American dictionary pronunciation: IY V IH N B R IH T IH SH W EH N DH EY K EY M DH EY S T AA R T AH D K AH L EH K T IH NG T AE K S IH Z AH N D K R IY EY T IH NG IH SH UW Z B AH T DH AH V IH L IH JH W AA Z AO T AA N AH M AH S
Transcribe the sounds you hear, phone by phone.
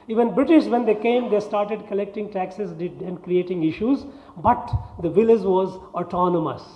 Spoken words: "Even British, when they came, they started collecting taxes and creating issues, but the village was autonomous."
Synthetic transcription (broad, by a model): IY V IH N B R IH T IH SH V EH N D EY K EY M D EY S T AA R T AH D K AH L EH K T IH NG T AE K S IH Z AH N D K R IY EY T IH NG IH SH UW Z B AH T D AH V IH L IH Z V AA Z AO T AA N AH M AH S